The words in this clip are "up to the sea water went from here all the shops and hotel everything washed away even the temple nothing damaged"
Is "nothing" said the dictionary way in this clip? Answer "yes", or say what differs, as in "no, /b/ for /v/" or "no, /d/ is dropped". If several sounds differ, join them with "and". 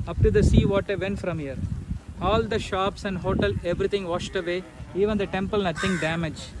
no, /t/ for /θ/